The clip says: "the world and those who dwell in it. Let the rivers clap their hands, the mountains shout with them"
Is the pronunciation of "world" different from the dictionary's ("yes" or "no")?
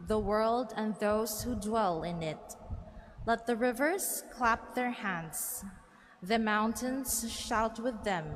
no